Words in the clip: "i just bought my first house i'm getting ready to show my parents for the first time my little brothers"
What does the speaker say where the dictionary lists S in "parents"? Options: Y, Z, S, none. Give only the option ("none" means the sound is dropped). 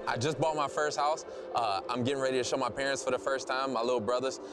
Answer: S